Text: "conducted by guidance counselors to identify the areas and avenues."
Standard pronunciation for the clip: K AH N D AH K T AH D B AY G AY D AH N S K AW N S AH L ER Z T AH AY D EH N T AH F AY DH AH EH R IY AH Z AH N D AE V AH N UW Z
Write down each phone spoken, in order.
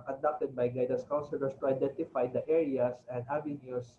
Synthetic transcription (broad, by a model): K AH N D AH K T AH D B AY G AY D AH S K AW N S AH L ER S T AH AY D EH N T AH F AY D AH EH R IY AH S AH N D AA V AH N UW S